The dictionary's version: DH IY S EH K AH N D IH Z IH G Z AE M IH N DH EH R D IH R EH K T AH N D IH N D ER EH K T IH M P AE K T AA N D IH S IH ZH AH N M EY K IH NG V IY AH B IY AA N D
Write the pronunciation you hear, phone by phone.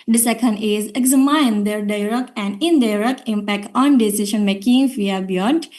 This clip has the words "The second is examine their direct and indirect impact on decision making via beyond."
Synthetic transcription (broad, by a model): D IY S EH K AH N D IH Z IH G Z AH M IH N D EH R D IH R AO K AH N D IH N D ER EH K IH M P AE K T AA N D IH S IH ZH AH N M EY K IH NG F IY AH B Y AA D